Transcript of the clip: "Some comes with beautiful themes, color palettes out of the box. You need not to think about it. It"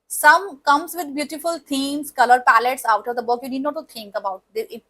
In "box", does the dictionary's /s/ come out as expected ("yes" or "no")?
no